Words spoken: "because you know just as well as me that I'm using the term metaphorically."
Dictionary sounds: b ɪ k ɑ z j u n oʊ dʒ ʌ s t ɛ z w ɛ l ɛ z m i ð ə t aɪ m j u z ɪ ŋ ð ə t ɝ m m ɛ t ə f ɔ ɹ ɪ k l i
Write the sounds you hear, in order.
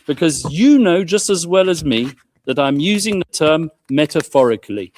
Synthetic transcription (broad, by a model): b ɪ k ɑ z j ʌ n oʊ dʒ ʌ s t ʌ z w ɛ l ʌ z m i ð ə t aɪ m j u z ɪ ŋ ð ə t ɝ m m ɛ t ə f ɔ ɹ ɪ k l i